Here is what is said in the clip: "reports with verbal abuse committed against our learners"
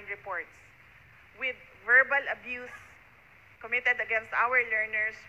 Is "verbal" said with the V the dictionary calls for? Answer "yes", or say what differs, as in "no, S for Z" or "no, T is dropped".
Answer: yes